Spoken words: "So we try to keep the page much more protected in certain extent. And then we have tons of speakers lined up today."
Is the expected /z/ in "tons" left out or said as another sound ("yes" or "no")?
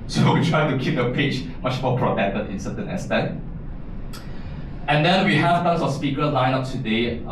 yes